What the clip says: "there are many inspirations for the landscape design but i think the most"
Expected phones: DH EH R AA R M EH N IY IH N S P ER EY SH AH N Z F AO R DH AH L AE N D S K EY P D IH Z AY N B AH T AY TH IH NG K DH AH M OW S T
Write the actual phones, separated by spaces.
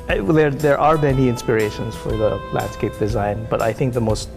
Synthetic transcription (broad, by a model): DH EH R AA R M EH N IY IH N S P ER EY SH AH N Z F AO R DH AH L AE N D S K EY P D IH Z AY N B AH T AY TH IH NG K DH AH M OW S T